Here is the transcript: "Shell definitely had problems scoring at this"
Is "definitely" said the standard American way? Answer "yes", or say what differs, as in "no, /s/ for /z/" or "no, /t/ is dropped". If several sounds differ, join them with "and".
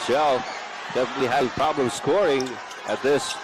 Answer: no, /w/ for /l/